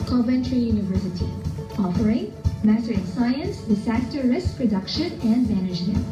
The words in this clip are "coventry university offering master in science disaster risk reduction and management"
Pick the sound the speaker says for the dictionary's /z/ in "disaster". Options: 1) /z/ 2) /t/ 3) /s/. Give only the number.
3